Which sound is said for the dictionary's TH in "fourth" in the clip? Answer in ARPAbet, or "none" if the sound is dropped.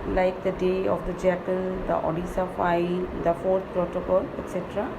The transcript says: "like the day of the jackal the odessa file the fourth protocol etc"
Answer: T